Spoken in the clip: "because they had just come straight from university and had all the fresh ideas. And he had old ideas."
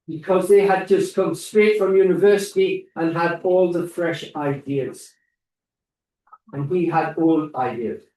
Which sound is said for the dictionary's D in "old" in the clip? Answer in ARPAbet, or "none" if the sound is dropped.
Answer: none